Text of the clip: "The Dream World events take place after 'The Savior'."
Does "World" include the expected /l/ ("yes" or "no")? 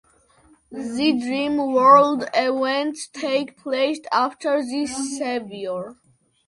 yes